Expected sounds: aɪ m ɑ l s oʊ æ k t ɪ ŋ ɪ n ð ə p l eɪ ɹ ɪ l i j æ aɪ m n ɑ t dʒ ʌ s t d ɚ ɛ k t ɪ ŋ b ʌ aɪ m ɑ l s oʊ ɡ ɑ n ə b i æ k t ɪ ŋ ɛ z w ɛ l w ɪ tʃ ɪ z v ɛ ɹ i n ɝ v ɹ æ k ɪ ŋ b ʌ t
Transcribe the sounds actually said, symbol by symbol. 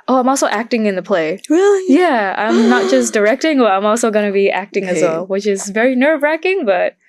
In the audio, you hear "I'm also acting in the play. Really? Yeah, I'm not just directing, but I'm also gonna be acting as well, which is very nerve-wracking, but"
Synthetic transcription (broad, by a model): aɪ m ɑ l s oʊ æ k t ɪ ŋ ɪ n ð ə p l eɪ ɹ ɪ l i j æ aɪ m n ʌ t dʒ ʌ s d ɚ ɛ k t ɪ ŋ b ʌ aɪ m ɑ l s oʊ ɡ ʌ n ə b i æ k t ɪ ŋ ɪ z w ɛ l w ɪ tʃ ɪ z v ɛ ɹ i n ɝ v ɹ æ k ɪ ŋ b ʌ t